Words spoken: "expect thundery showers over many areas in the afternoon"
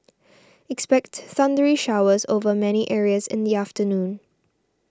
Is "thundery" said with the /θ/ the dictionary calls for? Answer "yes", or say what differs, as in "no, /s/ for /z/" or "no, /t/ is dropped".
no, /s/ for /θ/